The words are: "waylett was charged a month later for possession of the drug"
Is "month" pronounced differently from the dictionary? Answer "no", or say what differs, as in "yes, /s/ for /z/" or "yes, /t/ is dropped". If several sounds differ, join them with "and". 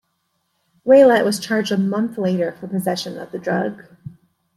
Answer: no